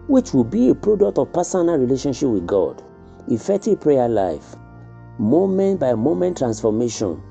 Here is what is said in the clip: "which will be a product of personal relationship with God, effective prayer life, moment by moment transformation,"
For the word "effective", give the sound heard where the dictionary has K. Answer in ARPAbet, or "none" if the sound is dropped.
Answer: none